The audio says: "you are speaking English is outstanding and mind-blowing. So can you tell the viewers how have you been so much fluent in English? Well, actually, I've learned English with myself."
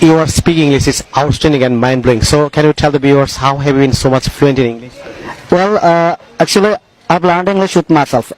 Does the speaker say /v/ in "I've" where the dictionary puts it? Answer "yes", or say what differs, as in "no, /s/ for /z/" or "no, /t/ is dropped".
no, /b/ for /v/